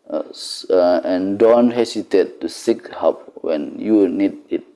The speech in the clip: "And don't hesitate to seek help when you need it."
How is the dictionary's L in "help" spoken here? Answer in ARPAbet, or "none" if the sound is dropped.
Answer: none